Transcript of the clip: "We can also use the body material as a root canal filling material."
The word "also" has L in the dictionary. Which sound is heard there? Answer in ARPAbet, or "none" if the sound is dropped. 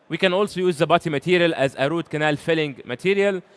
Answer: L